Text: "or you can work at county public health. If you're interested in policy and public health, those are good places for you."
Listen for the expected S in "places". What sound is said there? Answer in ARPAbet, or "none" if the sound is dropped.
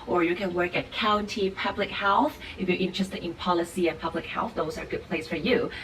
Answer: none